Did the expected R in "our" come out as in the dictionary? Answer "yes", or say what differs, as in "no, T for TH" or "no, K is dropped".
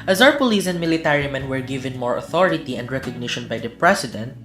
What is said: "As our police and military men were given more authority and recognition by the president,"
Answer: no, W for R